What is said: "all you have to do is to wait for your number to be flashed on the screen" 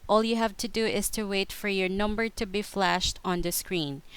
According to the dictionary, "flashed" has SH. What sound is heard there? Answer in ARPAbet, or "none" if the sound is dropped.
SH